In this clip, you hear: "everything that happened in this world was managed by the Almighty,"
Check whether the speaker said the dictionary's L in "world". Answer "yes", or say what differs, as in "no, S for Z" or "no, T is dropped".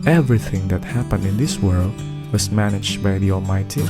yes